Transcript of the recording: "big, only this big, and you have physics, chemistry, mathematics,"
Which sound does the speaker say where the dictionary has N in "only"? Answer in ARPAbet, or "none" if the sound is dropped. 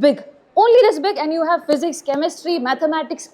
N